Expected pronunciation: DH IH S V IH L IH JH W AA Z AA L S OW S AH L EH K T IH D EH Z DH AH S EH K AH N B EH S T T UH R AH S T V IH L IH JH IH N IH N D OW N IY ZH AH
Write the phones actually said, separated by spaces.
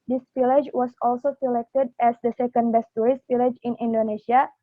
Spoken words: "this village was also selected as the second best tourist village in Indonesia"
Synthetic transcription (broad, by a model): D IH S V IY L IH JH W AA S AA L S OW S AH L EH K T IH D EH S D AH S EH K AH N B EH S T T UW R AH S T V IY L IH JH IH N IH N D OW N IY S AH